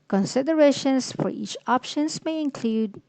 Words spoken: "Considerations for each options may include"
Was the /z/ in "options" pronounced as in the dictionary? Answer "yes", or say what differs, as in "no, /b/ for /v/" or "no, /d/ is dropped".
no, /s/ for /z/